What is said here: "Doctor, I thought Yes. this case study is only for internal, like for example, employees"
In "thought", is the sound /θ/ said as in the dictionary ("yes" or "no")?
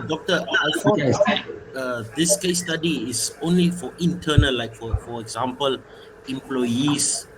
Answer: no